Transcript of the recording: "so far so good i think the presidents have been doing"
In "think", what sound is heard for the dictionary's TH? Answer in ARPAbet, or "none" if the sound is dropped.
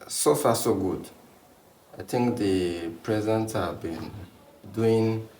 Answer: T